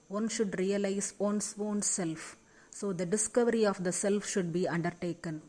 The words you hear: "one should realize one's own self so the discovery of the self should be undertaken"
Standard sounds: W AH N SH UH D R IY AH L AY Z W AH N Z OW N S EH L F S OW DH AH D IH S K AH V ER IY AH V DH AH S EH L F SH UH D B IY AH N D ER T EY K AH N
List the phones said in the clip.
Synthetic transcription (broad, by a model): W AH N SH UH D R IY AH L AY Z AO N S OW N S EH L F S OW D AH D IH S K AH V ER IY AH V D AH S EH L F SH UH D B IY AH N D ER T EY K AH N